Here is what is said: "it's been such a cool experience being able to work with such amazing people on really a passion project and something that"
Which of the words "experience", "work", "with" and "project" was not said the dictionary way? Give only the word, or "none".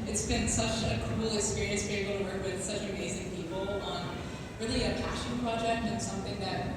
experience